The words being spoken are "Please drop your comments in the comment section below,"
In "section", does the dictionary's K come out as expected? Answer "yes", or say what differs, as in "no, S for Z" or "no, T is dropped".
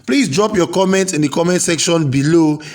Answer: yes